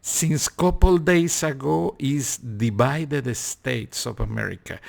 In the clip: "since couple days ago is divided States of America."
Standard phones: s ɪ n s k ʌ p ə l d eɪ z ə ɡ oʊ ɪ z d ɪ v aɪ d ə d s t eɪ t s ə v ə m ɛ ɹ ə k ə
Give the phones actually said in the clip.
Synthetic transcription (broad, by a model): s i n s k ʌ p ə l d eɪ s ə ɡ oʊ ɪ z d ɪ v aɪ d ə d s t eɪ t s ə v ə m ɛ ɹ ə k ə